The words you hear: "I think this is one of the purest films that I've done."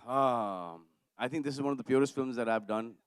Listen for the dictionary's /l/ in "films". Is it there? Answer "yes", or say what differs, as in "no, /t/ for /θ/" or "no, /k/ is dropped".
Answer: yes